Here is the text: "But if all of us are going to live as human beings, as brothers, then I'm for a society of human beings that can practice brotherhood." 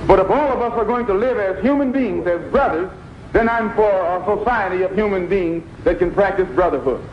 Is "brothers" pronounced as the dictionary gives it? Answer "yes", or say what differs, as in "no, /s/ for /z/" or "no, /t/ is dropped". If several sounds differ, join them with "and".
yes